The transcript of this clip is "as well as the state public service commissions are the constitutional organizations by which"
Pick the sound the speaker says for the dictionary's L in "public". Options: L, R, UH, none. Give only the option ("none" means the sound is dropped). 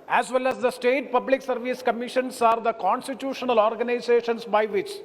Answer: L